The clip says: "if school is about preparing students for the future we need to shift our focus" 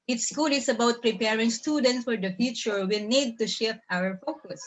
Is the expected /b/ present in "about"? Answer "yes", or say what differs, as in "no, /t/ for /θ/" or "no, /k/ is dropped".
yes